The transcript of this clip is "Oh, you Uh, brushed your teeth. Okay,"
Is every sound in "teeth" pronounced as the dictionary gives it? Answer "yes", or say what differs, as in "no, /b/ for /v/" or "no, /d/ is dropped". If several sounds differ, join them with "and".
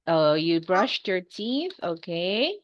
yes